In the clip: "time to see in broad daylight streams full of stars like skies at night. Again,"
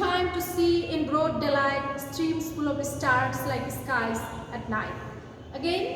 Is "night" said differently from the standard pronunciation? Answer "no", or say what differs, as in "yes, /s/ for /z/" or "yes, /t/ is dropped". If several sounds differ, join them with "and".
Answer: no